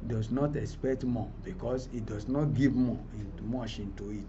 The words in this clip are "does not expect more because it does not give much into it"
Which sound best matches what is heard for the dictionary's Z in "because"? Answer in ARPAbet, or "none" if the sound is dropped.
S